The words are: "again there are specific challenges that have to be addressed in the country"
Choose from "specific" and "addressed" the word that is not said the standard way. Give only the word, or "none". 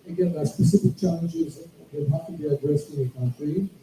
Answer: none